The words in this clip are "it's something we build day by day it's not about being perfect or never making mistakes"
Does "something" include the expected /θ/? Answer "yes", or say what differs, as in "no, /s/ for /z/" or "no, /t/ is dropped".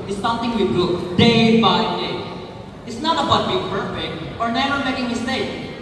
no, /t/ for /θ/